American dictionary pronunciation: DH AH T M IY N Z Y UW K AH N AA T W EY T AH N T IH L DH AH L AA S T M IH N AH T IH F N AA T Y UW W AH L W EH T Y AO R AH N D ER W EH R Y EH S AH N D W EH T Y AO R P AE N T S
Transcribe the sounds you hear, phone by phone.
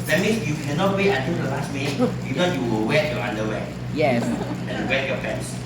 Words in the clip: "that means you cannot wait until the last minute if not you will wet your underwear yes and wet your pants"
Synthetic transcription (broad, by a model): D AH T M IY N S Y UW K AH N AA T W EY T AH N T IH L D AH L AA S T M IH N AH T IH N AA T Y UW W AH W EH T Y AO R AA N D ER W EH Y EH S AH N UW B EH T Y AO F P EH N S